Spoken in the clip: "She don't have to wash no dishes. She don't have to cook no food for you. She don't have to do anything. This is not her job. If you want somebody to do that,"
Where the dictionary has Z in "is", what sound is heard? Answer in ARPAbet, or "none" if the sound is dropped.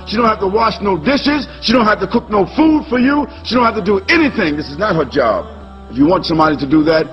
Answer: Z